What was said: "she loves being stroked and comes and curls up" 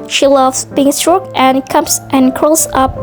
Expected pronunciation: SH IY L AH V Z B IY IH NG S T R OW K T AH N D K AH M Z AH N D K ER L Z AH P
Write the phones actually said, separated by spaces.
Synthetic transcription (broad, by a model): SH IY L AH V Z B IY IH NG S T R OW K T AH N K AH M S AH N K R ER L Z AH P